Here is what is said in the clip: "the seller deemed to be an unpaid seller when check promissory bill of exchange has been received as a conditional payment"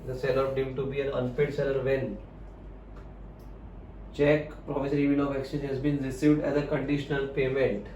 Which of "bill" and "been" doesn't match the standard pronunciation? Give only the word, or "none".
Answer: bill